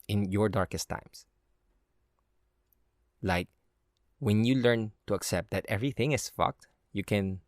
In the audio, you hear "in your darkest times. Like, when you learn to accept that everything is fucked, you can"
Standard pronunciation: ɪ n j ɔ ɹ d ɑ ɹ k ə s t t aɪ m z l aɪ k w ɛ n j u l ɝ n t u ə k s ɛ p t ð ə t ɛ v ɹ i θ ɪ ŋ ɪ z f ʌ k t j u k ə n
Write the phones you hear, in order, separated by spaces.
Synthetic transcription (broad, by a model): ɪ n j ɔ ɹ d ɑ ɹ k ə s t t aɪ m s l aɪ k w ɛ n j u l ɝ n t u ə k s ɛ p t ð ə t ɛ v ɹ i θ ɪ ŋ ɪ s f ʌ k t j u k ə n